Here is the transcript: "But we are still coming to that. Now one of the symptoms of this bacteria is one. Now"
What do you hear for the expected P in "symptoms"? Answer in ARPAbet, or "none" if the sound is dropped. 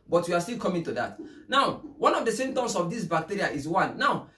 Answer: none